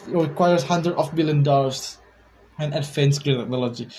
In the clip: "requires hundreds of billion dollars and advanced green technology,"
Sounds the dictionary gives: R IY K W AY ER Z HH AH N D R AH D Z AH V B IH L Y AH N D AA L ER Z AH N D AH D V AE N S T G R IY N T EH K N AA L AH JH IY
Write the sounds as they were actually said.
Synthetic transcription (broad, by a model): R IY K W AY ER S HH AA N D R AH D AH F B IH L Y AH N D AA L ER S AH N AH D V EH N S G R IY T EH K N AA L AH JH IY